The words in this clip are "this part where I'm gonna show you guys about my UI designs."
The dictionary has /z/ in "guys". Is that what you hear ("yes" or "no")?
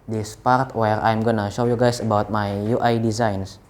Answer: no